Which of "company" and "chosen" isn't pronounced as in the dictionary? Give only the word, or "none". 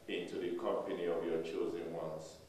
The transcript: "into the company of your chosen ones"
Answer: none